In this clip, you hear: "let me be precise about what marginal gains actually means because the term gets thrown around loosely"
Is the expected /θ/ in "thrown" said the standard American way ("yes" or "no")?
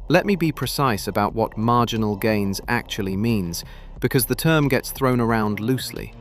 yes